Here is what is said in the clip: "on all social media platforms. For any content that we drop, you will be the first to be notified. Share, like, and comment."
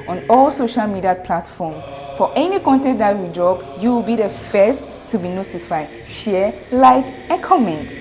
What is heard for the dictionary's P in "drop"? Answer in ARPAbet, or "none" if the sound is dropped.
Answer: B